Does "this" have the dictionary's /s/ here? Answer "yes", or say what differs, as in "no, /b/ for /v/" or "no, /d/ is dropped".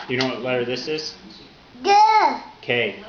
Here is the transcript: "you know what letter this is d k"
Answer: yes